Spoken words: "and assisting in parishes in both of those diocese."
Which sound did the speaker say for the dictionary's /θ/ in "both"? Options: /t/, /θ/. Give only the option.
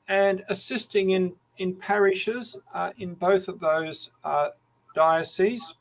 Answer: /θ/